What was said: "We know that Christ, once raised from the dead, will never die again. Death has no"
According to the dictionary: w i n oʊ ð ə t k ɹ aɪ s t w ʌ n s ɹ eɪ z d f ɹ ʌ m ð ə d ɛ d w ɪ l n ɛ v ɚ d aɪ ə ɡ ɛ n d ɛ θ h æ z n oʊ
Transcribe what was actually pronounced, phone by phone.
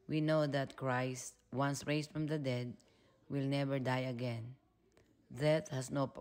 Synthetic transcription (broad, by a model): w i n oʊ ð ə t k ɹ aɪ s t w ʌ n s ɹ eɪ s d f ɹ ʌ m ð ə d ɛ d w ɪ l n ɛ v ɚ d aɪ ə ɡ ɛ n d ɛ t h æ s n oʊ